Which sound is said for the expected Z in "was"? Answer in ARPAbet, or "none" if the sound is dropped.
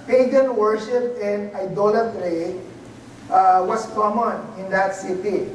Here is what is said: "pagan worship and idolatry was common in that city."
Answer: S